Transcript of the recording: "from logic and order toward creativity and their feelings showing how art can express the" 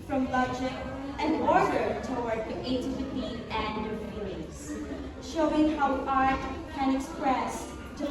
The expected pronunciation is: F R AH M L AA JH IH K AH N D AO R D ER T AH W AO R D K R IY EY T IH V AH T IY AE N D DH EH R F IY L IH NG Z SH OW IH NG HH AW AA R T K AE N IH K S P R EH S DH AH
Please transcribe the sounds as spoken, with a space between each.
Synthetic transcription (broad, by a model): F R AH M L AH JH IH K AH N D AO R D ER T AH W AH R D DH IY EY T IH F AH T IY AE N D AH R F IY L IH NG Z SH OW IH NG HH AW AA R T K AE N IH K S P R EH S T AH